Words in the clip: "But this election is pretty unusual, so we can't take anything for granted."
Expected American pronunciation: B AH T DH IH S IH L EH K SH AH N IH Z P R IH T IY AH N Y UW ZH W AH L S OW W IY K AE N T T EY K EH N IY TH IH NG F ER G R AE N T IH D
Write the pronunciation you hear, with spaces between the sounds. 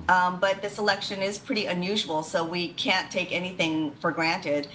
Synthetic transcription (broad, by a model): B AH T DH IH S IH L EH K SH AH N IH Z P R IH T IY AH N Y UW ZH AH L S OW W IY K AE N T T EY K EH N IY TH IH NG F ER G R AE N T IH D